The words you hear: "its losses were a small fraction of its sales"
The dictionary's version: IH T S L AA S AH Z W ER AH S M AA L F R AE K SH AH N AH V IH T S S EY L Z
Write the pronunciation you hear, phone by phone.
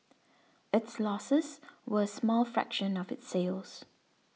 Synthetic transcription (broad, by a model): IH T S L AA S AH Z W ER AH S M AA L F R AE K SH AH N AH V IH T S S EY L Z